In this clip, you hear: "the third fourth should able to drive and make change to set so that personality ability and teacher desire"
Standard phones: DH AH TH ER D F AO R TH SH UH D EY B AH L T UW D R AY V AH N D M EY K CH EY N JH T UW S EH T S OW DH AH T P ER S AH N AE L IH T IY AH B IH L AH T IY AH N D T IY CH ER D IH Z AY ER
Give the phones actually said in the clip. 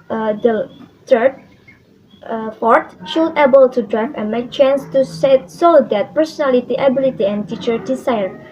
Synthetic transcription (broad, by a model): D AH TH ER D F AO R T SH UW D EY B AH L T UW D R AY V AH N M EY K CH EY N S T UW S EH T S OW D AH T P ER S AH N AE L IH T IY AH B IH L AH T IY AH N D T IY CH ER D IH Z AY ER